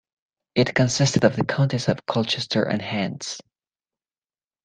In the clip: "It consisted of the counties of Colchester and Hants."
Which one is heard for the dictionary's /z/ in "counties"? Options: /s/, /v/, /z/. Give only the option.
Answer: /s/